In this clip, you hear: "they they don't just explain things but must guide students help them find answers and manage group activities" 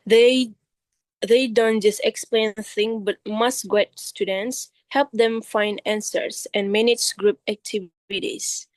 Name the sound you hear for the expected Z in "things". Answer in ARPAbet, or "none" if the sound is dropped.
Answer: none